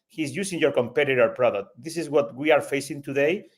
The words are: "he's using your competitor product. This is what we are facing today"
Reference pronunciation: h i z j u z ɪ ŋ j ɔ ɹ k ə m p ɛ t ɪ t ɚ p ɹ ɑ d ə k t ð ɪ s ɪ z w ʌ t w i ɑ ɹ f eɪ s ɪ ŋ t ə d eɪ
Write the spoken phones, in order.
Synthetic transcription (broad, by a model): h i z j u s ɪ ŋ j ɔ ɹ k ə m p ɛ t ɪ t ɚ p ɹ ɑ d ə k t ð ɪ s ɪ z w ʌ t w i ɑ ɹ f eɪ s ɪ ŋ t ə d eɪ